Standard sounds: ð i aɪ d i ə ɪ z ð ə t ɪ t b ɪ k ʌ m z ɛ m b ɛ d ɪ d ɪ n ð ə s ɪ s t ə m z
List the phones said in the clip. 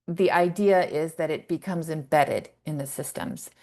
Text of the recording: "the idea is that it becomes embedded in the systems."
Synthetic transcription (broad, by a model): ð i aɪ d i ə ɪ z ð ə t ɪ t b ɪ k ʌ m z ɛ m b ɛ d ɪ d ɪ n ð ə s ɪ s t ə m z